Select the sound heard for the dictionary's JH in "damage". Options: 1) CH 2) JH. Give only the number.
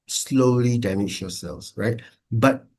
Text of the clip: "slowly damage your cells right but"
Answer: 1